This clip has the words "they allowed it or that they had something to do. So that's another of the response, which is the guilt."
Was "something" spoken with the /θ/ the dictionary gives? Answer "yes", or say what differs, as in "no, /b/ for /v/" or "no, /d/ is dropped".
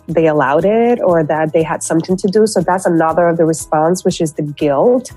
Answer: yes